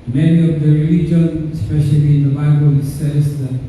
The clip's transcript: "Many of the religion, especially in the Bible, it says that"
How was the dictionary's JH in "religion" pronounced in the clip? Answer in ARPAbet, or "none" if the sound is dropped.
JH